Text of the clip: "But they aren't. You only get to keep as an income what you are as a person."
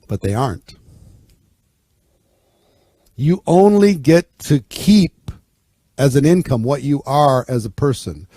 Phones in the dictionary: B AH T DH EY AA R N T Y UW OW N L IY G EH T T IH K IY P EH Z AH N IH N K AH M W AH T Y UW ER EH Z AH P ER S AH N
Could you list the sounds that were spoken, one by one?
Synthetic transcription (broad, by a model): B AH T DH EY AA R N T Y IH OW N L IY G EH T T IH K IY P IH Z AH N IH N K AH M W AH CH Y ER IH Z AH P ER S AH N